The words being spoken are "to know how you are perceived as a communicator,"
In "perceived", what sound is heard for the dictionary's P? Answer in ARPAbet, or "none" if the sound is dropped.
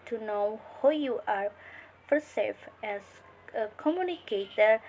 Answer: F